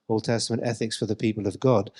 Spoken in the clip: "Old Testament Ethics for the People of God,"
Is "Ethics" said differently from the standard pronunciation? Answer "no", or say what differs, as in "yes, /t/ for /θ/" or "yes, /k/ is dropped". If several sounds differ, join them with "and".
no